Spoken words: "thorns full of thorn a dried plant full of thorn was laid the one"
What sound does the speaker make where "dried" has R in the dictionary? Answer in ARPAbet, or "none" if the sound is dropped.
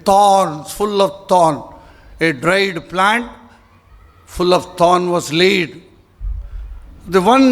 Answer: R